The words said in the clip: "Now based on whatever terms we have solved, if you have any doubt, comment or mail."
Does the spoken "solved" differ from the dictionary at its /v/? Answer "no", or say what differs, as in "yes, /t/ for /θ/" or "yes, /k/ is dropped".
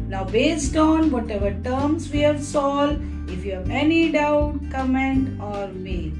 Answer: yes, /v/ is dropped